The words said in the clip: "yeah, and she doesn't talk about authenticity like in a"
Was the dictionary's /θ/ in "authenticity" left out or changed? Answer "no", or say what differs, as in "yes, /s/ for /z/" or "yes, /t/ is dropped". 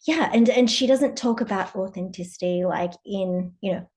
no